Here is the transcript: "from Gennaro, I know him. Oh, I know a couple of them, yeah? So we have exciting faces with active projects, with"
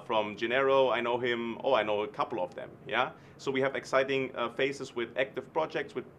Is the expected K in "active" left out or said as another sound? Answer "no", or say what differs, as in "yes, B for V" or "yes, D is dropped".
no